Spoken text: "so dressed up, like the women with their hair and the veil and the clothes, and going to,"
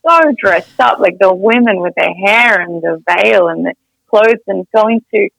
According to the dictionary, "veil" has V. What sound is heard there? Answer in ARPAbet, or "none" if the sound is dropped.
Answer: V